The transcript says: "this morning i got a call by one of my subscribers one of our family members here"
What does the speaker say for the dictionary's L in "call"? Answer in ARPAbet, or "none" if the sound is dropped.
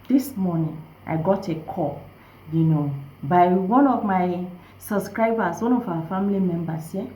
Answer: N